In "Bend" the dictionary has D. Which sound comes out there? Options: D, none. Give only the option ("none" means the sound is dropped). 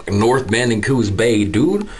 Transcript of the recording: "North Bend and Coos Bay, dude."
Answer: none